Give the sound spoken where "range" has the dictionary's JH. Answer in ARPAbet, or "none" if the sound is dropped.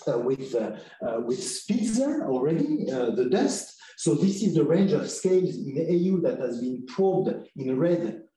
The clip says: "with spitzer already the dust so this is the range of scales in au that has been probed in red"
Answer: JH